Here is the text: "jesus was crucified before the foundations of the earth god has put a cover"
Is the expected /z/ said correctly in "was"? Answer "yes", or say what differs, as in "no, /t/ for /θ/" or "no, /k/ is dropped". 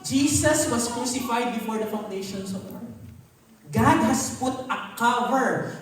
no, /s/ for /z/